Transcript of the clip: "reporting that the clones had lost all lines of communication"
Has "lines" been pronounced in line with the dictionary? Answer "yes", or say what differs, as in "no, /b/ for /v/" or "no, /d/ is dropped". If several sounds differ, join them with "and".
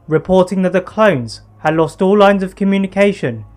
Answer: yes